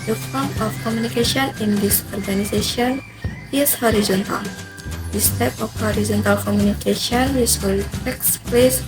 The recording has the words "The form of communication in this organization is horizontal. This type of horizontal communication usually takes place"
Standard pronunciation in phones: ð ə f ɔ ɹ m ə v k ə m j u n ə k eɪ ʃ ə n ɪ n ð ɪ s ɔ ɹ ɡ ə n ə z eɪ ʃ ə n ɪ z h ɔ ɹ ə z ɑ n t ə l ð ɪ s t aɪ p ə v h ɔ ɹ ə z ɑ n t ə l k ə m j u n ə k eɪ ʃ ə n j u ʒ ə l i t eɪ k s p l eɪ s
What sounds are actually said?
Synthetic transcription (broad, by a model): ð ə f ɔ ɹ m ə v k ə m j u n ə k eɪ ʃ ə n ɪ n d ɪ s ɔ ɹ ɡ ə n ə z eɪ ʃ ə n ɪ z h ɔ ɹ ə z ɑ n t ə l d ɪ s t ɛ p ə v h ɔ ɹ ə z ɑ n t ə l k ə m j u n ə k eɪ ʃ ə n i s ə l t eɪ k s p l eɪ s